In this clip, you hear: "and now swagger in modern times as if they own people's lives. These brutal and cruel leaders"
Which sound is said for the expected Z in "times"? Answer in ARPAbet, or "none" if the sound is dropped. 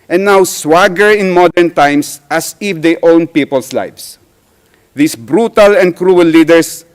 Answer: S